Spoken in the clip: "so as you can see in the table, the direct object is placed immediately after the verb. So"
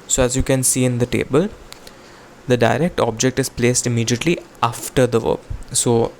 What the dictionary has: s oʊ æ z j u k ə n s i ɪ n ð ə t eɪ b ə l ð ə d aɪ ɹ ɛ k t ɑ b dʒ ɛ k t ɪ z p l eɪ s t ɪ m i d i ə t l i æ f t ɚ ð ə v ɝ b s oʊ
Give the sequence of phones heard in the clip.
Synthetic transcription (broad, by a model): s oʊ æ z j u k ə n s i ɪ n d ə t eɪ b ə l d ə d aɪ ɹ ɛ k t ɑ b dʒ ɛ k t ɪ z p l eɪ s t ɪ m i d i ə t l i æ f t ɚ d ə v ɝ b s oʊ